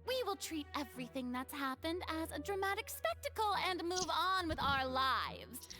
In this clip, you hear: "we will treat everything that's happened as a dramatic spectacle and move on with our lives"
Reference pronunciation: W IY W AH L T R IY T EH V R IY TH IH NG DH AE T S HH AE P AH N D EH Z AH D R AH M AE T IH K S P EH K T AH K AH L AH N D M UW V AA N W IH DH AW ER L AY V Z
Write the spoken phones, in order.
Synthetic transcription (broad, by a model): W IY W AH L T R IY T EH V R IY TH IH NG DH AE T S HH AE P AH N D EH Z AH D R AH M AE T IH K S P EH K T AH K L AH N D M UW V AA N W IH DH AW ER L AY V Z